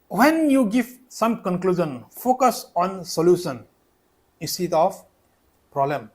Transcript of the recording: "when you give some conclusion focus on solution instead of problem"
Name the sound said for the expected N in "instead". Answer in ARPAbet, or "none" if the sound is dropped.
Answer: none